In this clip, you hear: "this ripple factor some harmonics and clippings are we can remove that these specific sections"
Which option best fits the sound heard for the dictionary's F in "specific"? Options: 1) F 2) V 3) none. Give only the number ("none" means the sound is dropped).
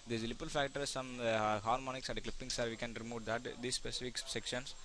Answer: 1